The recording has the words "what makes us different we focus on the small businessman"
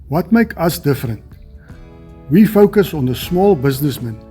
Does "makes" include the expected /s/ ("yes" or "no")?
no